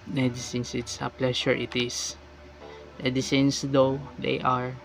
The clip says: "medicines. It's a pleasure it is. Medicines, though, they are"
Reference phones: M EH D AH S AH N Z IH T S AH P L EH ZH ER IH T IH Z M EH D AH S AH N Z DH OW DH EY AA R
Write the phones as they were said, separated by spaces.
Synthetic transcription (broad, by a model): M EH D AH S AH N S IH T S AH P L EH SH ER IH T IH S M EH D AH S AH N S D OW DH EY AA R